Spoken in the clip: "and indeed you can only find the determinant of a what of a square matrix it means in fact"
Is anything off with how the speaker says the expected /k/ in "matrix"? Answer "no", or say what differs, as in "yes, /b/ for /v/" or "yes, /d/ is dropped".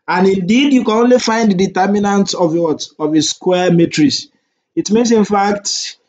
yes, /k/ is dropped